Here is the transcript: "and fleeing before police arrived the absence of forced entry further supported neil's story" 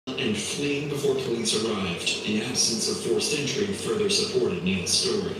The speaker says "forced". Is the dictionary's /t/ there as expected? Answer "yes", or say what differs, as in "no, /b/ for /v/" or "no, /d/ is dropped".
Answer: no, /t/ is dropped